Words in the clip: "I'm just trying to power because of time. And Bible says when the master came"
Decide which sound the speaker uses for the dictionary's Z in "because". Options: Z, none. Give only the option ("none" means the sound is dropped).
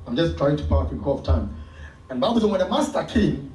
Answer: none